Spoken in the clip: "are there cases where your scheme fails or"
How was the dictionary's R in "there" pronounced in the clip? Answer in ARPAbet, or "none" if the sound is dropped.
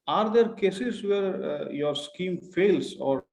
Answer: R